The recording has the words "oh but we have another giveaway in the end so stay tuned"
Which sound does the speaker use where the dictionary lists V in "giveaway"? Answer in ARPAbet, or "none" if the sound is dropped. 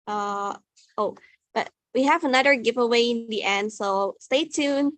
V